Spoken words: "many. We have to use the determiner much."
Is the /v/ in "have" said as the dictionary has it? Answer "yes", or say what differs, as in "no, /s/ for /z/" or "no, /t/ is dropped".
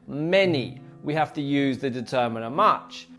no, /f/ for /v/